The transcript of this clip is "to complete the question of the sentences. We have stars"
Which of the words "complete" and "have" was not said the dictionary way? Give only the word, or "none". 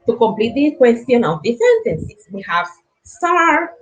none